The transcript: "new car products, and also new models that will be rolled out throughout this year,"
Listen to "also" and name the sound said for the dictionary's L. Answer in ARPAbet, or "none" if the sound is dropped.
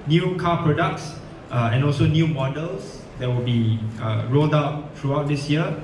L